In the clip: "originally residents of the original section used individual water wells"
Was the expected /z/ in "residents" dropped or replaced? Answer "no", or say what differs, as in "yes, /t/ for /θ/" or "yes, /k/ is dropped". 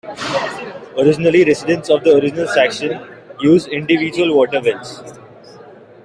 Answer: yes, /s/ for /z/